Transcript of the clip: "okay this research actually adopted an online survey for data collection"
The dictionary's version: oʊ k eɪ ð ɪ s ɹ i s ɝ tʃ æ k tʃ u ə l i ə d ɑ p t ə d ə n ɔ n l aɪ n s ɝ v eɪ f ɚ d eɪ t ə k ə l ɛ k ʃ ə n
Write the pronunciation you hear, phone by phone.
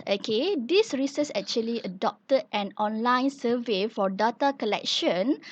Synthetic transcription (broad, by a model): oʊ k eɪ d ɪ s ɹ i s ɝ s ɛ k tʃ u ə l i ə d ɑ p t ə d ə n ɔ n l aɪ n s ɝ v eɪ f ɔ d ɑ t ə k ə l ɛ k ʃ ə n